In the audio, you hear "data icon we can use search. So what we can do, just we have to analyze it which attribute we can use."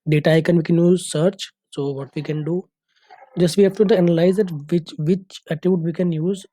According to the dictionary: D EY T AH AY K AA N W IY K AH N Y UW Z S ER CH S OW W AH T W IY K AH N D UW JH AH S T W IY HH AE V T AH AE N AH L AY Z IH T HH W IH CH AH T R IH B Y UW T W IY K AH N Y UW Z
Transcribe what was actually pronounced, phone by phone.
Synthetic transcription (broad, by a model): D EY T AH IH K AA N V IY K AH N Y UW Z S ER CH S OW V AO T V IY K AH N D UW JH AH S T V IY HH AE F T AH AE N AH L AY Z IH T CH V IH CH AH T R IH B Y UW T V IY K AH N Y UW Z